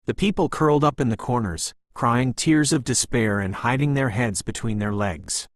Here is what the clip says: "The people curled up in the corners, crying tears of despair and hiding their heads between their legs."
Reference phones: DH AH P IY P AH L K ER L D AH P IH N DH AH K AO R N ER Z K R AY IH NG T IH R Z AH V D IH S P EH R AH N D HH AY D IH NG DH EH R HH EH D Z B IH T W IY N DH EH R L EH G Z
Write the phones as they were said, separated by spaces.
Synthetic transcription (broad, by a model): DH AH P IY P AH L K ER L D AH P IH N DH AH K AO R N ER Z K R AY IH NG T IH R Z AH V D IH S P EH R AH N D HH AY D IH NG DH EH R HH EH D Z B IH T W IY N DH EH R L EH G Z